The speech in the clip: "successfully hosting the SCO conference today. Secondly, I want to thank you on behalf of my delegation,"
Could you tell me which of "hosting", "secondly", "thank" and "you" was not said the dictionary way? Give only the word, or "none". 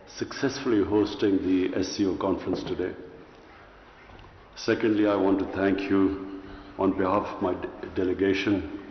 thank